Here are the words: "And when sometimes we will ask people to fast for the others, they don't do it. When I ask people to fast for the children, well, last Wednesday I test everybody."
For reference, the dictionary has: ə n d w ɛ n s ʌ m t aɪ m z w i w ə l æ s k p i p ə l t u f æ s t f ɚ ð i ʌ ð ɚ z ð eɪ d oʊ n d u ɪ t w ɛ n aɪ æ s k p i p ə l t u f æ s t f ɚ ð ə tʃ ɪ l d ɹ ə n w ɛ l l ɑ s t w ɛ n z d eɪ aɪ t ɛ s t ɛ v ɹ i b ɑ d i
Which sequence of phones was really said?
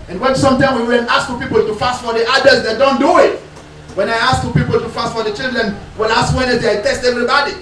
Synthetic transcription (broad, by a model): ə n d w ɛ n s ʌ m t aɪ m w i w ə n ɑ s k p i p ə l t u f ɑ s t f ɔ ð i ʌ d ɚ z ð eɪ d oʊ n d u ɪ t w ɛ n aɪ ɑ s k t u p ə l t u f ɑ s t f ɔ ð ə tʃ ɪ l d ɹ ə n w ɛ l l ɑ s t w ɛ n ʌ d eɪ aɪ t ɛ s t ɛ v ɹ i b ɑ d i